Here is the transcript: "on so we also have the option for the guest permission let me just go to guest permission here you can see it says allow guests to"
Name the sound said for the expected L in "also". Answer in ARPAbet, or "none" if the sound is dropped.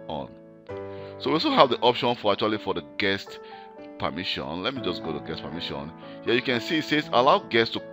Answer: none